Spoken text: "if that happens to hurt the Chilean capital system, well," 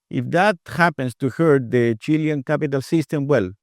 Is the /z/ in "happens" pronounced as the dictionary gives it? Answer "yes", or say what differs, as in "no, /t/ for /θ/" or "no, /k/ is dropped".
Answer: no, /s/ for /z/